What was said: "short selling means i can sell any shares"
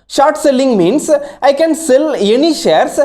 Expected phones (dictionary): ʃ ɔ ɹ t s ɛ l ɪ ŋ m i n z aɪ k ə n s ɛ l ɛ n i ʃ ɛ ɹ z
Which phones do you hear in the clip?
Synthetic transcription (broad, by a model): ʃ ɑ ɹ t s ɛ l ɪ ŋ m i n s aɪ k ə n s ɛ l ɛ n i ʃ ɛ ɹ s